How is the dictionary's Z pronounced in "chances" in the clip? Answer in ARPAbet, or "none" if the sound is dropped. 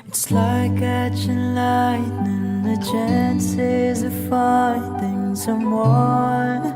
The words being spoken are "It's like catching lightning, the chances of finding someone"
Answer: Z